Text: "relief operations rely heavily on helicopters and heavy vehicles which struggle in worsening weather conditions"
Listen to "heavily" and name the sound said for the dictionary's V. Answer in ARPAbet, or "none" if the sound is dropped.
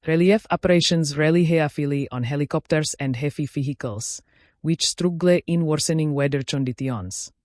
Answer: F